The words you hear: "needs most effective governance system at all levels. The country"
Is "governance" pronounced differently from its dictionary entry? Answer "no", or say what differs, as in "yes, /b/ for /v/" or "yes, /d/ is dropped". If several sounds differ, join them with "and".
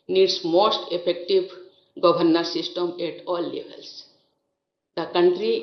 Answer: yes, /b/ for /v/